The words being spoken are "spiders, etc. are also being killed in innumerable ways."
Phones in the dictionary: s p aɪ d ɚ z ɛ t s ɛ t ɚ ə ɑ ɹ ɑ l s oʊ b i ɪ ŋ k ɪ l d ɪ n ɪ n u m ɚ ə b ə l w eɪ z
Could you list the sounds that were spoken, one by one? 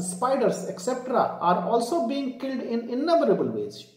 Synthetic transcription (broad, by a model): s p aɪ d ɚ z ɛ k s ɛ t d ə ɑ ɹ ɑ l s oʊ b i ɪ ŋ k ɪ l d ɪ n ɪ n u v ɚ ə b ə l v eɪ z